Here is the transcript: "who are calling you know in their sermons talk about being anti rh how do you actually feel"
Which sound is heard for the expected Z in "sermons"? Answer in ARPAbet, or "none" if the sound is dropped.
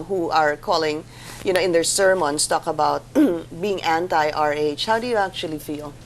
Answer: S